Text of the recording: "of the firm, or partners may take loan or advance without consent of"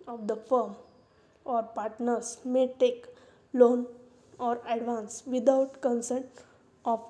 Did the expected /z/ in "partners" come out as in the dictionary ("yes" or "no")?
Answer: no